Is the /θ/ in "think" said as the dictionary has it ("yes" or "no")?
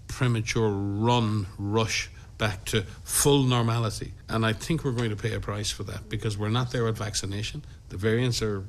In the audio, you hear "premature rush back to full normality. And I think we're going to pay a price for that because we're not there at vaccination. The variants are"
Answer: yes